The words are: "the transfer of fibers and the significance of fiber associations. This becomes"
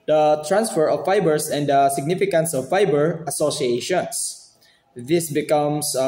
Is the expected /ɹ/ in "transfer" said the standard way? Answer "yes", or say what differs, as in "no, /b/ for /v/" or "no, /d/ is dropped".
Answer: yes